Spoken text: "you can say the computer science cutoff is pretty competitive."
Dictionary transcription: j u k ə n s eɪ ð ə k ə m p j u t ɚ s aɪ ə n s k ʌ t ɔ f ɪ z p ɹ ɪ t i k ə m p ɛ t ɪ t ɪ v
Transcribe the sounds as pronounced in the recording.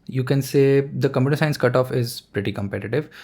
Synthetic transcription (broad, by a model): j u k ə n s eɪ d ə k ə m j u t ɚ s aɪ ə n s k ʌ t ɔ f ɪ z p ɹ ɪ t i k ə m p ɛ t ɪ t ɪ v